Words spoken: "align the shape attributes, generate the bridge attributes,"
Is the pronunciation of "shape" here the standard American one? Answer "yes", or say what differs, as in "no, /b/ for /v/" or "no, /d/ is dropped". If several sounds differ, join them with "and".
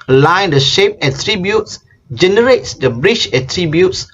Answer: yes